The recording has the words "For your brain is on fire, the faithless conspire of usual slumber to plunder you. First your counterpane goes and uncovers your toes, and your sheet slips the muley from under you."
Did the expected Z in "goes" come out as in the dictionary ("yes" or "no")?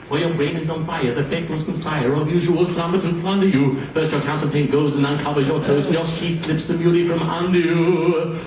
yes